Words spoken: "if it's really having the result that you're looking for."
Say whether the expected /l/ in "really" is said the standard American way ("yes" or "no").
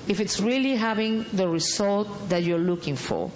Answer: yes